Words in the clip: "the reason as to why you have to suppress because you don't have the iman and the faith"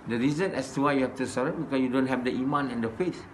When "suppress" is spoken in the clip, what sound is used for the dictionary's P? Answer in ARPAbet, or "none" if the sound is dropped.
none